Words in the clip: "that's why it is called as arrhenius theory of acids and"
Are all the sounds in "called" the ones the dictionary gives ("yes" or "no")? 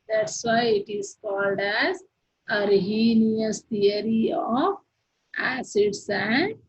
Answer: yes